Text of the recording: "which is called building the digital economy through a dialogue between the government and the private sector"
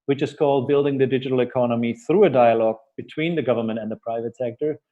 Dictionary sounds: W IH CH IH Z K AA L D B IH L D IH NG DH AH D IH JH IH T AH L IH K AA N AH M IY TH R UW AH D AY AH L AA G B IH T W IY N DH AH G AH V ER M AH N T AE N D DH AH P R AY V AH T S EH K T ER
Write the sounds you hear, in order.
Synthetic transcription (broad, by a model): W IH CH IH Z K AA L D B IH L D IH NG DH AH D IH JH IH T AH L IH K AA N AH M IY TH R UW AH D AY AH L AA G B IH T W IY N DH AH G AH V ER M AH N T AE N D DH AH P R AY V AH T S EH K T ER